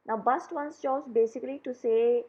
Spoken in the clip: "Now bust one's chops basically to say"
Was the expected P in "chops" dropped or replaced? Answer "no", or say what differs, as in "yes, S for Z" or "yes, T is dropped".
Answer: yes, P is dropped